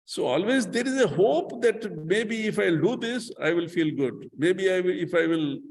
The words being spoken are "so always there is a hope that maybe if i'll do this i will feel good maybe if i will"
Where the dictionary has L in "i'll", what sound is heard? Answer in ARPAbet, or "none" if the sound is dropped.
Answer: L